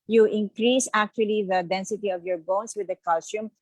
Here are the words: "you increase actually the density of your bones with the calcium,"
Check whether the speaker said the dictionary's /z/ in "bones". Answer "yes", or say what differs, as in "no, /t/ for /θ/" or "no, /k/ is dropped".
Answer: no, /s/ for /z/